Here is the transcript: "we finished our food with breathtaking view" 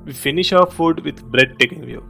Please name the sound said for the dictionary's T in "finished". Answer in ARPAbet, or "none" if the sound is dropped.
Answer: none